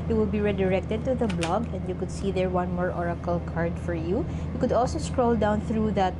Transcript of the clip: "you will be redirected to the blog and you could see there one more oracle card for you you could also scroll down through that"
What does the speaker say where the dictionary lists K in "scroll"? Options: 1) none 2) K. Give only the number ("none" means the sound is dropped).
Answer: 2